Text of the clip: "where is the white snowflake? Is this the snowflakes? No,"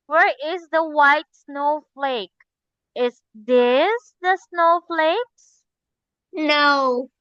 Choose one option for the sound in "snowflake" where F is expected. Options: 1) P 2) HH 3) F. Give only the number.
3